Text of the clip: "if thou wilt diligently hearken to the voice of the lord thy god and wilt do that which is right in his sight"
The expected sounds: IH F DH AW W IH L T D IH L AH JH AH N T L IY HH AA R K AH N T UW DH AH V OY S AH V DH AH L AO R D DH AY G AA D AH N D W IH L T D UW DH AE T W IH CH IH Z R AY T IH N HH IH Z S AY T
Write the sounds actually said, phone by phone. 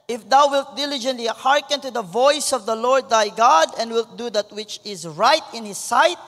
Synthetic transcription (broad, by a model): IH F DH AW W IH L T D IH L AH JH AH N T L IY HH AA R K AH N T UW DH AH V OY S AH V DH AH L AO R D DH AY G AA D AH N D W IH L T D UW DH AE T W IH CH IH Z R AY T IH N HH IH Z S AY T